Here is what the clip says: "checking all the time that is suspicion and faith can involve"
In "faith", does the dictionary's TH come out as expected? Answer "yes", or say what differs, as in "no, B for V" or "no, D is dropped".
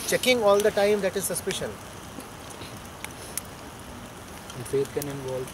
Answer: no, T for TH